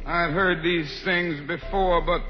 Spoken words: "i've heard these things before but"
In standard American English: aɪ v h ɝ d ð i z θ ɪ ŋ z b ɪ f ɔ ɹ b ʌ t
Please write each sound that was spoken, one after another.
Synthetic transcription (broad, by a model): aɪ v h ɝ d ð i z θ ɪ ŋ z b ɪ f ɔ ɹ b ʌ t